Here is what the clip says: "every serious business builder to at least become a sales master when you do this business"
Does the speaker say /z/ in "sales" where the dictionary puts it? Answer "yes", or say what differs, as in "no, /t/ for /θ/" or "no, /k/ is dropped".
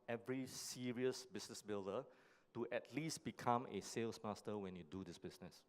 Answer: no, /s/ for /z/